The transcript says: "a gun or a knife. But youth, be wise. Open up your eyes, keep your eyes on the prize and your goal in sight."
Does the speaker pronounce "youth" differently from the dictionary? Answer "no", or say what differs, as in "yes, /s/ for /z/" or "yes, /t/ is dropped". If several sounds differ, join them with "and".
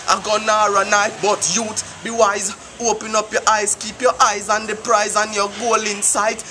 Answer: yes, /t/ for /θ/